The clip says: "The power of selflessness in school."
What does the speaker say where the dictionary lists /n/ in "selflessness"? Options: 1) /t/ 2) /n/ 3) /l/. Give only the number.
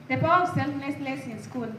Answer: 3